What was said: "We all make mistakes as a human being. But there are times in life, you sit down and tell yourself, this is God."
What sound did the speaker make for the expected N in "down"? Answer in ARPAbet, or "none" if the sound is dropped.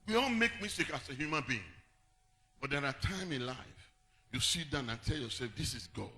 N